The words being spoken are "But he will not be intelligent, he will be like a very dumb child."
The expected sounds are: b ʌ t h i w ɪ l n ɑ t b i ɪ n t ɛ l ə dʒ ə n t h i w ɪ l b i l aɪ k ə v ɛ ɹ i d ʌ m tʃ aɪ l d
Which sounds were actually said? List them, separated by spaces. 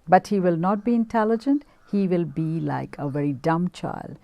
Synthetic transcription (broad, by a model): b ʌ t h i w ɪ l n ɑ t b i ɪ n t ɛ l ə dʒ ə n t h i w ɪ l b i l aɪ k ə v ɛ ɹ i d ʌ m tʃ aɪ l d